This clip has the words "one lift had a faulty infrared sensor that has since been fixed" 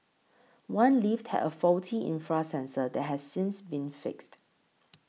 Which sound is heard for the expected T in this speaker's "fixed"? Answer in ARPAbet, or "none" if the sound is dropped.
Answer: T